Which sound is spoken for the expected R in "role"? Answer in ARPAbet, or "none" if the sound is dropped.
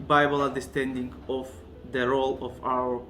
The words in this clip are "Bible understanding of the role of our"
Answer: R